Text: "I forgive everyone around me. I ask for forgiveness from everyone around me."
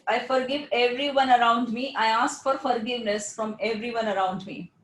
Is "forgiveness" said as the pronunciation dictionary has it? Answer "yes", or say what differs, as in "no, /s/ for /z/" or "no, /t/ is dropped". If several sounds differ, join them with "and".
yes